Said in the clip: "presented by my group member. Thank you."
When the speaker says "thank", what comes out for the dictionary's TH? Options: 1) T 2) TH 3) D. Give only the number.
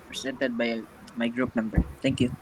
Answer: 1